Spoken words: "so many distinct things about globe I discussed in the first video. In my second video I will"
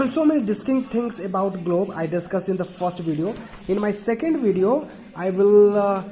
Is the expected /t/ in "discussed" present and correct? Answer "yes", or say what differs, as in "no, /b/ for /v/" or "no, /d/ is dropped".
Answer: no, /t/ is dropped